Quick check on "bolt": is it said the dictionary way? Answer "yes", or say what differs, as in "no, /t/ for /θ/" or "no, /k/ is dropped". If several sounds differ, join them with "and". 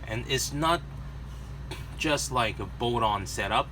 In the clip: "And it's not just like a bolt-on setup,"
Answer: no, /l/ is dropped